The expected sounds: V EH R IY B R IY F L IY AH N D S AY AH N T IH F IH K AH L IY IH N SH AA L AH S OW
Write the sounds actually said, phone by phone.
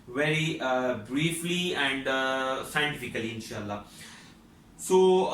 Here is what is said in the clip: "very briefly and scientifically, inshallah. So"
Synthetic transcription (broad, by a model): V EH R IY B R IY F L IY AH N D S AY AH N T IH F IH K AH L IY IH N SH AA L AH S OW